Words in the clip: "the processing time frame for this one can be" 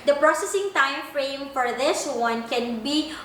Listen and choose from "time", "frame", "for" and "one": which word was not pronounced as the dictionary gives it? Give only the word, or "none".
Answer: none